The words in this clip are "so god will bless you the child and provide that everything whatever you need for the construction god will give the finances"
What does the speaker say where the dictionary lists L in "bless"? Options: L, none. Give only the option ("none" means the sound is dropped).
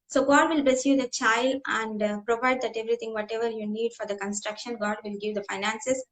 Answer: none